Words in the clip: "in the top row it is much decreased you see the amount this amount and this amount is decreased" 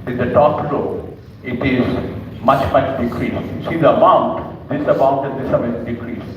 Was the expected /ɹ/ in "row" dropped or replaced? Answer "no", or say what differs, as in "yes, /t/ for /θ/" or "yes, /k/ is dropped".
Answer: yes, /l/ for /ɹ/